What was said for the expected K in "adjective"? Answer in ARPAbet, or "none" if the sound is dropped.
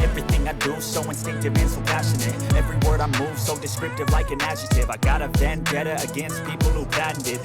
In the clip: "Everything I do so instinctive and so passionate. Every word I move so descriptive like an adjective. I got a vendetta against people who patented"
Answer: none